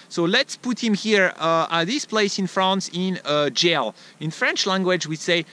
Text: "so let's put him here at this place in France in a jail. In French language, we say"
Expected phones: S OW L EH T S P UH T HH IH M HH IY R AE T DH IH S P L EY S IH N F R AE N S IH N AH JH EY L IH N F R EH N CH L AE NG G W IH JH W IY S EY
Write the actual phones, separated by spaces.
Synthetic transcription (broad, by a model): S OW L EH T S P UH T HH IH M HH IY R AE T DH IH S P L EY S IH N F R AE N S IH N AH JH EY L IH N F R EH N CH L AE NG G W IH JH W IY S EY